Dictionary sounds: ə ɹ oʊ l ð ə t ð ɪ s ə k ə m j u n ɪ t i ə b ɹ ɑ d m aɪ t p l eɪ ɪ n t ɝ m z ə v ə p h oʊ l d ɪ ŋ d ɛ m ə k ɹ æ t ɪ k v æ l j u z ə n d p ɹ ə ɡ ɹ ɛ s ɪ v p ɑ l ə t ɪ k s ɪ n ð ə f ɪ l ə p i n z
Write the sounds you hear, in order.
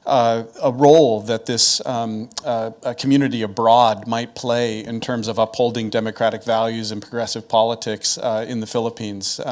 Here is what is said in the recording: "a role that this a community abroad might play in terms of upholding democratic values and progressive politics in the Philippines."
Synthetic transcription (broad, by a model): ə ɹ oʊ l ð ə t ð ɪ s k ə m j u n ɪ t i ə b ɹ ɑ d m aɪ t p l eɪ ɪ n t ɝ m z ə v ə p h oʊ l d ɪ ŋ d ɛ m ə k ɹ æ t ɪ k v æ l j u z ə n p ɹ ə ɡ ɹ ɛ s ɪ v p ɑ l ə t ɪ k s ɪ n ð ə f ɪ l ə p i n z